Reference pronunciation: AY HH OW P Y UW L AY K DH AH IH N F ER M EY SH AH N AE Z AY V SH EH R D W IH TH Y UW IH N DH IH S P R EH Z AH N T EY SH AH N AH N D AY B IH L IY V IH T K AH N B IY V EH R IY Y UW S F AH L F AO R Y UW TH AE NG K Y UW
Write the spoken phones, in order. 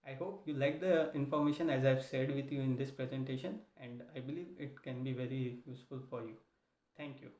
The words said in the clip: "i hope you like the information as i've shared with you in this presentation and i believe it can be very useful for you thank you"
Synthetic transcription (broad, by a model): AY HH OW P Y UW L AY K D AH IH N F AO M EY SH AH N AE Z AY V S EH D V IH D Y UW IH N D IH S P R EH Z AH N T EY SH AH N AH N D AY B IH L IY V IH T K AH N B IY V EH R IY Y UW S F AH L F AO R Y UW T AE NG K Y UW